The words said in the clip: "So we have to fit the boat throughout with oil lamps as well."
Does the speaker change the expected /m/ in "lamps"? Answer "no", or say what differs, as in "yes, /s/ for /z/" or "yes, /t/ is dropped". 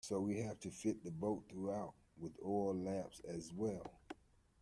yes, /m/ is dropped